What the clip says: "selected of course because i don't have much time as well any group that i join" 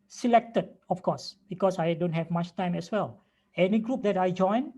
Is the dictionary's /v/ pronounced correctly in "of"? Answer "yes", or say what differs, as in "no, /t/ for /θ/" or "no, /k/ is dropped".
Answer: no, /f/ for /v/